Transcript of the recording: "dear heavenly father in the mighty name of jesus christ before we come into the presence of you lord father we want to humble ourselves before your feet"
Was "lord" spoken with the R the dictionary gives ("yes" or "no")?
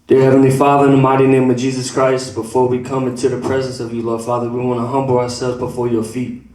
yes